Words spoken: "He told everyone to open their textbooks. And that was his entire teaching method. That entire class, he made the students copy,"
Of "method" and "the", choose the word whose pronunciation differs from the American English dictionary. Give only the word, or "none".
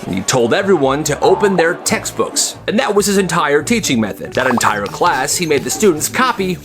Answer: none